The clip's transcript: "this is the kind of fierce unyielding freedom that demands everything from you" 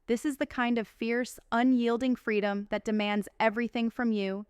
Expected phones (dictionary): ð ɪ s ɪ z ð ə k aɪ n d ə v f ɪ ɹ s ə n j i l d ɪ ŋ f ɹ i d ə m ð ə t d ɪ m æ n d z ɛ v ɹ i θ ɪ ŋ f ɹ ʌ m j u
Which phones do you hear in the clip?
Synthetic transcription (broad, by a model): ð ɪ s ɪ z ð ə k aɪ n d ə v f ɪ ɹ s ə n j i l d ɪ ŋ f ɹ i d ə m ð ə t d ɪ m æ n d z ɛ v ɹ i θ ɪ ŋ f ɹ ʌ m j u